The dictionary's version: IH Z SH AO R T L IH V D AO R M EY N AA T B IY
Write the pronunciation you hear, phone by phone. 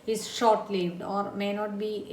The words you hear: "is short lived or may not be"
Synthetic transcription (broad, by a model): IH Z SH AO R T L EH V D AO R M EY N AA T B IY